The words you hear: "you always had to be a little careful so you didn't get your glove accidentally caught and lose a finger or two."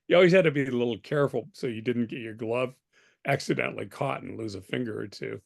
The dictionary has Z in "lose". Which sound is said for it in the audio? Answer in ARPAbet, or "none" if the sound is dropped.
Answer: Z